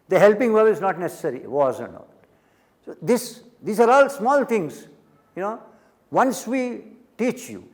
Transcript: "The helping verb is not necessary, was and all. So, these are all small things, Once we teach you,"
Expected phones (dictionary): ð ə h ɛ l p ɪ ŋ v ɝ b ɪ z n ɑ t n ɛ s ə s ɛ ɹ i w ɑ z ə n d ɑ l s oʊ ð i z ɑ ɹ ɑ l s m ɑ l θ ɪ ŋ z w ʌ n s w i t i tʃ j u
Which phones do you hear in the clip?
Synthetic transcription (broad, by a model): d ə h ɛ l p ɪ ŋ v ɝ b ɪ z n ɑ t n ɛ s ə s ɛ ɹ i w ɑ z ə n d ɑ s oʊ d i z ɑ ɹ ɑ l s m ɑ l t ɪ ŋ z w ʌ n s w i t i tʃ j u